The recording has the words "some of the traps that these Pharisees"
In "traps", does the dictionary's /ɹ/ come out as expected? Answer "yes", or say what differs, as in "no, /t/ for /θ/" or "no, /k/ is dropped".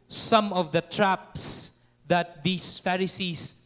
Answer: yes